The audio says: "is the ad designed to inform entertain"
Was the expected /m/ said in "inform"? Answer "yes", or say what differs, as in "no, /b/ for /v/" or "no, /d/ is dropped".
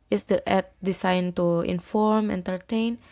yes